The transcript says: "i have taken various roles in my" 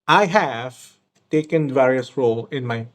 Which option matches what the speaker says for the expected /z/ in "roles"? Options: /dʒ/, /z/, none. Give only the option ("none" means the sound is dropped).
none